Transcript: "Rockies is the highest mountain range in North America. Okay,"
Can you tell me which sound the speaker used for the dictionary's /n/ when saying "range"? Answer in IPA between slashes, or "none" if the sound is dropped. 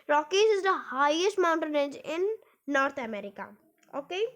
none